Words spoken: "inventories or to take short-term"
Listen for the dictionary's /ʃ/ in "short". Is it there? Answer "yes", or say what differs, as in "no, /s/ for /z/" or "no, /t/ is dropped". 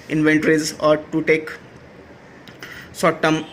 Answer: no, /s/ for /ʃ/